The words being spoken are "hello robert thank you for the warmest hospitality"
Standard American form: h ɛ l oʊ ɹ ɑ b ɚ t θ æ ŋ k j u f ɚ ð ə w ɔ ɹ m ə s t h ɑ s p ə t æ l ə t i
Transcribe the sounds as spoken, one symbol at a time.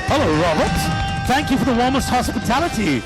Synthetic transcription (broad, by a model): h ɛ l oʊ ɹ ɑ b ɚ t θ æ ŋ k j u f ɚ ð ə w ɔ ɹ m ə s t h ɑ s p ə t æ l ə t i